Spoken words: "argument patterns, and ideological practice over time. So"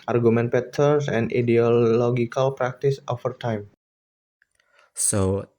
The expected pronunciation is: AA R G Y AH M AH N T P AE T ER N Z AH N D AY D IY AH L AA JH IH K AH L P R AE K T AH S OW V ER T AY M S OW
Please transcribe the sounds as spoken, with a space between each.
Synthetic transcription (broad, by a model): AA R G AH M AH N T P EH T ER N S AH N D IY D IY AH L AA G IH K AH L P R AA K T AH S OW F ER T AY M S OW